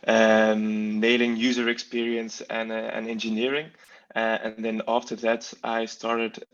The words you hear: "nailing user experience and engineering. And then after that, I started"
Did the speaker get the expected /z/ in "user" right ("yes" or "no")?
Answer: yes